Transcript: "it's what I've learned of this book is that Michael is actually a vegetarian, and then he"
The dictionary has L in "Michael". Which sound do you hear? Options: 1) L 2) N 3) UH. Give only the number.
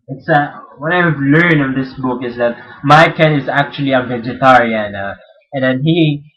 2